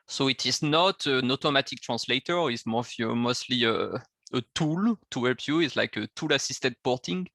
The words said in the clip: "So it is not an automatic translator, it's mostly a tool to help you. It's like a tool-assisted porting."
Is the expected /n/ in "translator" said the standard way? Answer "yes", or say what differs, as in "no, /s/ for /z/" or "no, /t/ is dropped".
no, /n/ is dropped